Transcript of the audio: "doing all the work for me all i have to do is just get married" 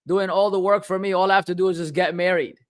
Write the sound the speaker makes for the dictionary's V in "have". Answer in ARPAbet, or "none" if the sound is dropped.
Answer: F